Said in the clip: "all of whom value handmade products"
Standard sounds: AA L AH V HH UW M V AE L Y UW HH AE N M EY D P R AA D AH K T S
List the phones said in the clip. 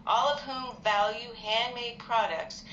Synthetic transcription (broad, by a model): AA L AH V HH UW M V AE L Y UW HH AE N M EY D P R AA D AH K T S